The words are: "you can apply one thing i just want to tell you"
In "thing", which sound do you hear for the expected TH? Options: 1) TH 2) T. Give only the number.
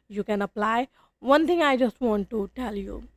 2